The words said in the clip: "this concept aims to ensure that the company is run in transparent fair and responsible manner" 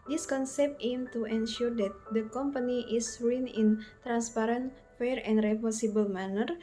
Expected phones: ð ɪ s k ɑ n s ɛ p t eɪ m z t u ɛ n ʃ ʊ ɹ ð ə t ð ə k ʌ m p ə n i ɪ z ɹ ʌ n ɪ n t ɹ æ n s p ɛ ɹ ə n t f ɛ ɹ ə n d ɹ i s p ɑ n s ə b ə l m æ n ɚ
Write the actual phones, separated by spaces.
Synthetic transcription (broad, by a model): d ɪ s k ɑ n s ɛ p t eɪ m t u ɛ n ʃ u ɹ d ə t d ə k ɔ m p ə n i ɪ s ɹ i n ɪ n t ɹ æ n s p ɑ ɹ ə n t f ɛ ɹ ə n d ɹ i p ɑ s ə b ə l m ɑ n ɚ